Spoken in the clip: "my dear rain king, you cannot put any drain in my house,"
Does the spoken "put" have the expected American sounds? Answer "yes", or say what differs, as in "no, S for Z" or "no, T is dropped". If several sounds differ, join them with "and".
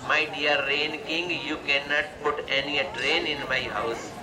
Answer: yes